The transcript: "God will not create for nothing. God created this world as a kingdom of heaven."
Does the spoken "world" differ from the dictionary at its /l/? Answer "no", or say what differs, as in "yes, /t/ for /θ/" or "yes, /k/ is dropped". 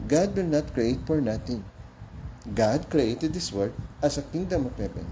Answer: yes, /l/ is dropped